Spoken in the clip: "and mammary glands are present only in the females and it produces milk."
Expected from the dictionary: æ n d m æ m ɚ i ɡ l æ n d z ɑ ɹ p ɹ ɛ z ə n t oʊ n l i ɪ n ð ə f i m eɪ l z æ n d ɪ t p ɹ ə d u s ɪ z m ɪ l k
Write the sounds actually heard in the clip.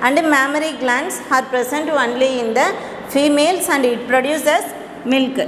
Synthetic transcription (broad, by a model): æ n d m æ m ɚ i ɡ l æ n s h ɑ ɹ p ɹ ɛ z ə n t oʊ n l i ɪ n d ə f i m eɪ l s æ n d ɪ t p ɹ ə d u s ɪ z m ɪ l k